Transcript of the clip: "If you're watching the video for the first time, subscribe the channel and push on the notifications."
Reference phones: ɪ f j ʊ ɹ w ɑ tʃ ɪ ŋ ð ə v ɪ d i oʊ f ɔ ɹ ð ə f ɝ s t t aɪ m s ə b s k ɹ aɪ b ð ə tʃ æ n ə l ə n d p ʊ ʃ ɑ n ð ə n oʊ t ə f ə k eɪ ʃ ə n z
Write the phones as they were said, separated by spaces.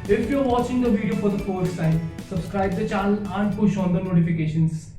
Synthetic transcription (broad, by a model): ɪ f j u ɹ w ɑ tʃ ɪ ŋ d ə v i d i oʊ f ɔ ɹ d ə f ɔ t s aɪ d s ə b s k ɹ aɪ b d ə tʃ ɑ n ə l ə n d p ʊ ʃ ɑ n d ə n oʊ t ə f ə k eɪ ʃ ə n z